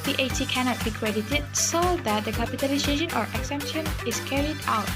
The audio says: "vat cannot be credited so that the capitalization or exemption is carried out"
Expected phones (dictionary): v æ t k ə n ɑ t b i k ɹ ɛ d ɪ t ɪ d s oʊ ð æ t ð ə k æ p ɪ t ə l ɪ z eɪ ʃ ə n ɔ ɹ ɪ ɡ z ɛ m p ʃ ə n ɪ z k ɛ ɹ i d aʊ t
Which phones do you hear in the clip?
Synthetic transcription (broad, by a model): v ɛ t k ə n ɑ t b i k ɹ ɛ d ɪ t ɪ d s oʊ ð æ t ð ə k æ p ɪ t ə l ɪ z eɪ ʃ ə n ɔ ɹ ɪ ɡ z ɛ m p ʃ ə n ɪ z k ɛ ɹ i d aʊ t